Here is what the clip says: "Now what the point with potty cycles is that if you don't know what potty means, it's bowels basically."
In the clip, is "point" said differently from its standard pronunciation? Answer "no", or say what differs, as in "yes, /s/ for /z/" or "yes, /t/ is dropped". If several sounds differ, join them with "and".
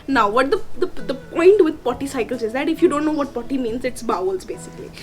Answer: no